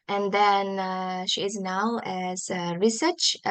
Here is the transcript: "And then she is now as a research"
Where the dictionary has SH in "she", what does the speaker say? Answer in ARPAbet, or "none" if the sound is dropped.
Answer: SH